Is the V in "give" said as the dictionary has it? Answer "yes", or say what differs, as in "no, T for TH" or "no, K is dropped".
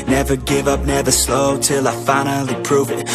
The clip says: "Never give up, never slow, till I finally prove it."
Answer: yes